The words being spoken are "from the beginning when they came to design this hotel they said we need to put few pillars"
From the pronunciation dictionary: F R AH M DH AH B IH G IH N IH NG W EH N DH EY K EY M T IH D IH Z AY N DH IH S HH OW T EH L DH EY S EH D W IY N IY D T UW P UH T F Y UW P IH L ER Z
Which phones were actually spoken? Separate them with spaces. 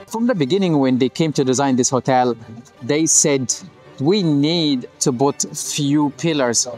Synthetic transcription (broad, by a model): F R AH M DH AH B IH G IH N IH NG W EH N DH EY K EY M T IH D IH Z AY N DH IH S HH OW T EH L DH EY S EH D W IY N IY D T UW B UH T F Y UW P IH L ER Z